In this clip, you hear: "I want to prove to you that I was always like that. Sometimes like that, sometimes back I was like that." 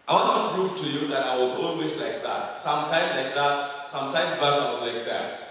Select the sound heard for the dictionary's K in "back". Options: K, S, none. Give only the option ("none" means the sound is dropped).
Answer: none